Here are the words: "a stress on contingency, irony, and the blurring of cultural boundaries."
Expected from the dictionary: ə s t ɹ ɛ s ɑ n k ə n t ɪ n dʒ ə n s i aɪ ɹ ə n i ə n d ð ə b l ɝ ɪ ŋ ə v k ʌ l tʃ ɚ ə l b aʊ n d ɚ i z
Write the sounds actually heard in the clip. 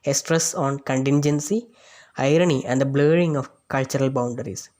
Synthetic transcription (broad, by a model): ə s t ɹ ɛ s ɑ n k ə n t ɪ n dʒ ə n s i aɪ ɹ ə n i ə n d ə b l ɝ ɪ ŋ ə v k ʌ l tʃ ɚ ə l b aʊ n d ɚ i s